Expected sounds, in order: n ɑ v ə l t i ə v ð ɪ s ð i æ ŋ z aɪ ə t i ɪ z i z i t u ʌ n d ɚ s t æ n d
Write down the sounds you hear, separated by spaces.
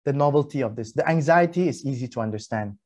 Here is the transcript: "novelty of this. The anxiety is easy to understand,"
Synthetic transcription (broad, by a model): n ɑ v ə l t i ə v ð ɪ s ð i æ ŋ z aɪ ə t i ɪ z i z i t u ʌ n d ɚ s t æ n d